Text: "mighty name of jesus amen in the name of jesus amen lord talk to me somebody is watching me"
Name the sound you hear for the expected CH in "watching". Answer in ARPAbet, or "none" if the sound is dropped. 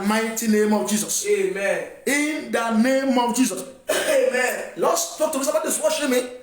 SH